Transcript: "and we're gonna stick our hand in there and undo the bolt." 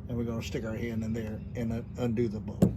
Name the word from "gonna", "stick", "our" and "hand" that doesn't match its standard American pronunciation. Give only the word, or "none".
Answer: gonna